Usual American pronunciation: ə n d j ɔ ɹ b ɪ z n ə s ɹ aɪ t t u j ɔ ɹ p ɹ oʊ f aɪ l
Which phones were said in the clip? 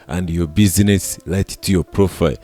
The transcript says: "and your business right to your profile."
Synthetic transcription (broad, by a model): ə n d j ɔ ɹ b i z n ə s l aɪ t t u j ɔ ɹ p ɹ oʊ f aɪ l